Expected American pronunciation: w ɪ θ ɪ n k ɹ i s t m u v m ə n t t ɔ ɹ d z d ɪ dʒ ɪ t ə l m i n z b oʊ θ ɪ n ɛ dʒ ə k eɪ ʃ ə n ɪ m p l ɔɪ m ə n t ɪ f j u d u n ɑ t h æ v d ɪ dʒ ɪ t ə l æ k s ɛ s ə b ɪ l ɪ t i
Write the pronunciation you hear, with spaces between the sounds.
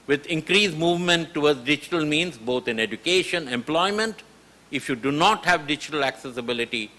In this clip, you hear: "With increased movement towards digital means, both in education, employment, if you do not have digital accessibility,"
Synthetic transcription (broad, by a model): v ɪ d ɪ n k ɹ i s m u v m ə n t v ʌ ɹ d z d ɪ dʒ ɪ t ə l m i n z b oʊ t ɪ n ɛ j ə k eɪ ʃ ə n ɪ m p l ɔɪ m ə n t ɪ f j u d u n ɑ t h æ v d ɪ dʒ ɪ t ə l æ k s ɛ s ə b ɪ l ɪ t i